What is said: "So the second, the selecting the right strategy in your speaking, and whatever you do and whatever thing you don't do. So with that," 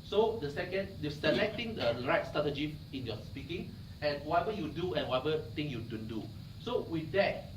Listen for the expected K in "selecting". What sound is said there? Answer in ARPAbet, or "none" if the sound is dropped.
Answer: K